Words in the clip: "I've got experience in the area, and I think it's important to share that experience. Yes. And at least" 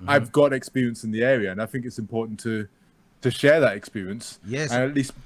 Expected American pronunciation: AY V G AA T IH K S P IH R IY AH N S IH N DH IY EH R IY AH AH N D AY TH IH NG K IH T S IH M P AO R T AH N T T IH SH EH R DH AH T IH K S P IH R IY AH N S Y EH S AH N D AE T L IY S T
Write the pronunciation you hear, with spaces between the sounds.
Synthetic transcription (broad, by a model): AY V G AA T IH K S P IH R IY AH N S IH N DH IY EH R IY AH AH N AY TH IH NG K IH T S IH M P AO R T N T T IH SH EH R DH AH T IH K S P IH R IY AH N S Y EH AH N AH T L IY S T